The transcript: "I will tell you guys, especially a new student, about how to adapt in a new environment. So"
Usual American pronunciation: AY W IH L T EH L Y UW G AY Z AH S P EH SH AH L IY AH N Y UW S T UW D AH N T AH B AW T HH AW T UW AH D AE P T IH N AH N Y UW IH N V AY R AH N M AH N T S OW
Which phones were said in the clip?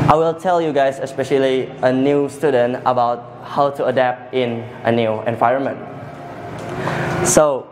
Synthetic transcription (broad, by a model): AY W IH L T EH L Y UW G AY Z AH S P EH SH AH L IY AH N Y UW S T UW D AH N T AH B AW T HH AW T UW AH D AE P T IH N AH N Y UW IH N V AY R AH N M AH N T S OW